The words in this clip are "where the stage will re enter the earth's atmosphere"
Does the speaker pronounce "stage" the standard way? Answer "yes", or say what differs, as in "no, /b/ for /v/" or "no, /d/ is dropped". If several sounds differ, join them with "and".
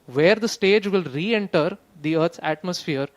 yes